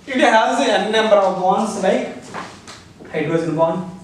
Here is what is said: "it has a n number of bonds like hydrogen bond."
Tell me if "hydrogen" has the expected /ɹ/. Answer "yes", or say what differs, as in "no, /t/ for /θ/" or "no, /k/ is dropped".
no, /ɹ/ is dropped